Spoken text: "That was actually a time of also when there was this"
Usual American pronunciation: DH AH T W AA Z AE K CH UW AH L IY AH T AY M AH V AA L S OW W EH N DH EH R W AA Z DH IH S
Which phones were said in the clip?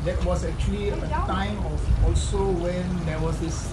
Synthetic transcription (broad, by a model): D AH T W AA S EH K CH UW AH L IY AH T AY M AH F AA L S OW W EH N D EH W AA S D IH S